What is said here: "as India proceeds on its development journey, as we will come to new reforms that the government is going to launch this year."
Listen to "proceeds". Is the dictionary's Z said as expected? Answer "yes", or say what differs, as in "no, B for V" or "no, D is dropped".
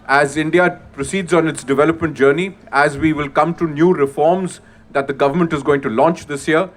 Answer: yes